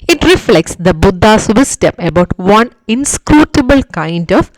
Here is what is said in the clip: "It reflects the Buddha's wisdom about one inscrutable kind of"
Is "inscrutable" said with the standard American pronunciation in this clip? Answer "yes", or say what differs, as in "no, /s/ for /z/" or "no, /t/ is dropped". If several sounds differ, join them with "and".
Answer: yes